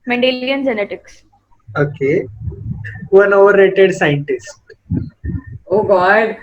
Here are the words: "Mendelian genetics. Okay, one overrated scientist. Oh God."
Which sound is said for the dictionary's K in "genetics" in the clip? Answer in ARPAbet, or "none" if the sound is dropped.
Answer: K